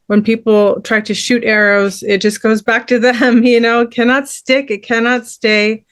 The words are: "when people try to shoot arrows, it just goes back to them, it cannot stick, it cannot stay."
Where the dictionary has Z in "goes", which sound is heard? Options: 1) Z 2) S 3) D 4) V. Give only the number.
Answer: 1